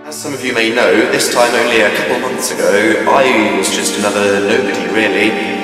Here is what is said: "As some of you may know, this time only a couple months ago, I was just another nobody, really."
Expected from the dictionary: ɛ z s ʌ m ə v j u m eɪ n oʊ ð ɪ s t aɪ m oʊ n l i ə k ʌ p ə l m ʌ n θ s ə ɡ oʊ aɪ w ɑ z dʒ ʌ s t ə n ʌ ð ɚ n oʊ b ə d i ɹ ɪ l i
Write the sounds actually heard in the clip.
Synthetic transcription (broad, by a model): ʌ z s ʌ m ə v j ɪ m eɪ n oʊ ð ɪ s t aɪ m oʊ n l i ə k ʌ p l m ʌ n θ s ə ɡ oʊ aɪ w ɑ z dʒ ʌ s t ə n ʌ ð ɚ n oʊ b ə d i ɹ ɪ l i